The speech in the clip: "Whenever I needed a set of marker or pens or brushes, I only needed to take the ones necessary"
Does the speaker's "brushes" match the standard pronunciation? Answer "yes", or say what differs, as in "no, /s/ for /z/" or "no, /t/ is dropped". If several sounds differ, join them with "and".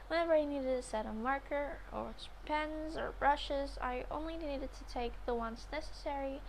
yes